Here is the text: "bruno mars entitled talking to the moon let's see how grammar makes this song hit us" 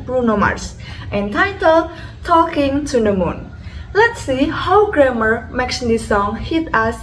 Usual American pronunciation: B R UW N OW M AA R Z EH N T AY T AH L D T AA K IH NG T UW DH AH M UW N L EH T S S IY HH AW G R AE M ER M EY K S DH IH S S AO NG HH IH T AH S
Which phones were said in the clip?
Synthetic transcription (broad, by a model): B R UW N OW M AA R S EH N T AY T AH L T AA K IH NG T UW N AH M UW N L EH T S S IY HH AW G R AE M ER M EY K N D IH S S AO NG HH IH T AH S